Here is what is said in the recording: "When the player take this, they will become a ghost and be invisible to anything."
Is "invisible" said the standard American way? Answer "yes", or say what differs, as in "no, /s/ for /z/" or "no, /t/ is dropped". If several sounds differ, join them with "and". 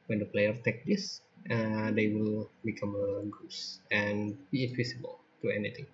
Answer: no, /w/ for /v/ and /s/ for /z/